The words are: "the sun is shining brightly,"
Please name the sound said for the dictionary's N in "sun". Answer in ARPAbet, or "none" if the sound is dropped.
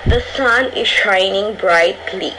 N